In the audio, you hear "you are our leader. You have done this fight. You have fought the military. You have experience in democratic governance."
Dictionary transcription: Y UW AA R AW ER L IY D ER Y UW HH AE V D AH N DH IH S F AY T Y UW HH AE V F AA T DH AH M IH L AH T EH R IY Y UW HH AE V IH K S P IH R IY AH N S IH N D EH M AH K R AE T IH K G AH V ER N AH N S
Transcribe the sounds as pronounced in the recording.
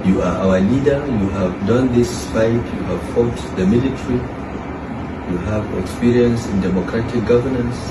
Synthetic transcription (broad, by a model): Y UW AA R AW ER L IY D ER Y UW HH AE V D AH N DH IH S P AY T Y UW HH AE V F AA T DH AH M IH L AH T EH R IY Y UW HH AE V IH K S P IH R IY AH N S IH N D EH M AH K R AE T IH K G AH V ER N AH N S